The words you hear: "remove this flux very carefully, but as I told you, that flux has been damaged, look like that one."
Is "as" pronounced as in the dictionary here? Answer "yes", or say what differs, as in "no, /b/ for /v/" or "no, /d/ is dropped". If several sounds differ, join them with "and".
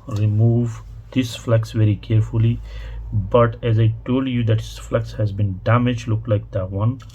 yes